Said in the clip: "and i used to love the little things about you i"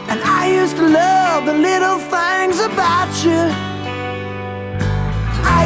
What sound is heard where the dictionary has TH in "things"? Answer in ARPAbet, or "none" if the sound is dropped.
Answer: TH